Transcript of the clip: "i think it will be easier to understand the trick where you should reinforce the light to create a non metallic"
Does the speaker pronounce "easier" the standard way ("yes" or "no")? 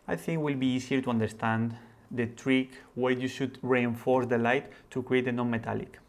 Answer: no